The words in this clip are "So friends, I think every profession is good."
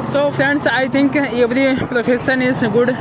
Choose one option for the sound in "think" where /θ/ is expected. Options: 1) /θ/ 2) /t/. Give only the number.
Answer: 2